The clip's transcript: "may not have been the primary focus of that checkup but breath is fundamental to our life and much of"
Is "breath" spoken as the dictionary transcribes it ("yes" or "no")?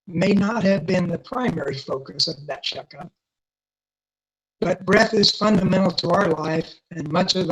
yes